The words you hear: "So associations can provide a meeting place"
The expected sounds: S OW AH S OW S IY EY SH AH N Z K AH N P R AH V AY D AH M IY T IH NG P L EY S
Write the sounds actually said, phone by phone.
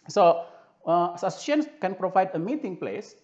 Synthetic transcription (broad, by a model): S OW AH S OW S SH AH N S K AH N P R AH V AY D AH M IY T IH NG P L EY S